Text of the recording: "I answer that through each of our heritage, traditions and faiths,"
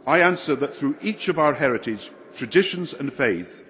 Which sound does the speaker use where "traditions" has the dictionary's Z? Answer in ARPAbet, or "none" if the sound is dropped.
Z